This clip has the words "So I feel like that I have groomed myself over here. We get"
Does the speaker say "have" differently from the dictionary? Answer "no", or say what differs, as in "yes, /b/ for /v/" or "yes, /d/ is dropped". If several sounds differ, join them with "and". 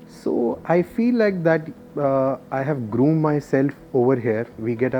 no